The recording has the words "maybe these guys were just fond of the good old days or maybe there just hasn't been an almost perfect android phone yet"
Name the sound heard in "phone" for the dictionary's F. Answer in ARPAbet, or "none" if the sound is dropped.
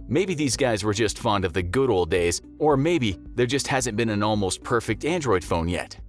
F